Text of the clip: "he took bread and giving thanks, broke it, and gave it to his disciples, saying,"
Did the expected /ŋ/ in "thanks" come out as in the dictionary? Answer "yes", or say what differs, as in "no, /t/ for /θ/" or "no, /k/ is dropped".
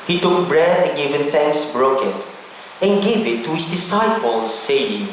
yes